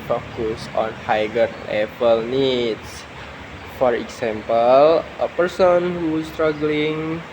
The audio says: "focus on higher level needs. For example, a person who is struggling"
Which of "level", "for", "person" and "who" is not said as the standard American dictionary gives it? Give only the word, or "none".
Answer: level